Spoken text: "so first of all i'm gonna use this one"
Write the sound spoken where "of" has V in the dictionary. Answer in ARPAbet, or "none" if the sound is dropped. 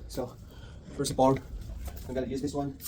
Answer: P